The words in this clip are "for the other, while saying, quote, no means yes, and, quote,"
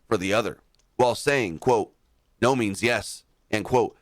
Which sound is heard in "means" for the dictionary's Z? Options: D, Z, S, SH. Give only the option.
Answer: Z